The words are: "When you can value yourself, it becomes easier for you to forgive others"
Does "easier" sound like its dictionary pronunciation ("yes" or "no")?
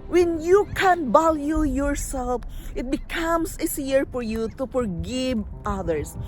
no